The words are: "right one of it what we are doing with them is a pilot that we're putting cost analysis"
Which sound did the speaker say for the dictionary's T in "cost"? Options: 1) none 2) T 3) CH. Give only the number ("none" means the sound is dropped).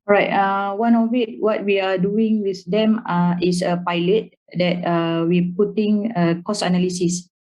1